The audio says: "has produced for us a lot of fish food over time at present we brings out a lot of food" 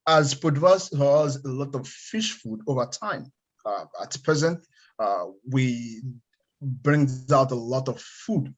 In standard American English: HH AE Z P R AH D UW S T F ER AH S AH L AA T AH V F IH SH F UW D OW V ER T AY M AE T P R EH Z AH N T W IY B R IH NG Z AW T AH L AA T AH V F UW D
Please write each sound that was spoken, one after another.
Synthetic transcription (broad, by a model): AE Z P AH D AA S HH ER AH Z AH L AA T AH V F IH SH F UW D OW V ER T AY M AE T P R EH Z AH N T W IY B R IH NG Z AW T AH L AA T AH V F UW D